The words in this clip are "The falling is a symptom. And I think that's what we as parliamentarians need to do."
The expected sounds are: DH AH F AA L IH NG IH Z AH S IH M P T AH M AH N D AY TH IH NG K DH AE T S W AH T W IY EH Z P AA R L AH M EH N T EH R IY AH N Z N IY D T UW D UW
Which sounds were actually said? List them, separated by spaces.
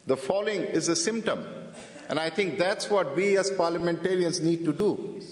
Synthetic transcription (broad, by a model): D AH F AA L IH NG IH Z AH S IH M P T AH M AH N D AY T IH NG K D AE T S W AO T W IY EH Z P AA R L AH M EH N T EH R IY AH N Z N IY D T UW D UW